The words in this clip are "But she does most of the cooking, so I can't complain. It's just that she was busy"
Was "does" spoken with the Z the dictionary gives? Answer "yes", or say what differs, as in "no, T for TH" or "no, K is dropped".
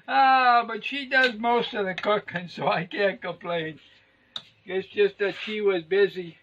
yes